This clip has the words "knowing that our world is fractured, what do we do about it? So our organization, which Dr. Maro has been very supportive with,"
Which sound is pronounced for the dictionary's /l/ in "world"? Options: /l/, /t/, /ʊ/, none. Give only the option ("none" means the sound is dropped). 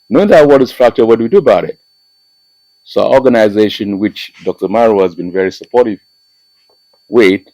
none